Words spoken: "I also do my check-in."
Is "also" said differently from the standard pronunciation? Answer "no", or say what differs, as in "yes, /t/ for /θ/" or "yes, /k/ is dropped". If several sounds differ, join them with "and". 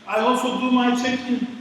yes, /l/ is dropped